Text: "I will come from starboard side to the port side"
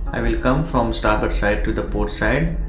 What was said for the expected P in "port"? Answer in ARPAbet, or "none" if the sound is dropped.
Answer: P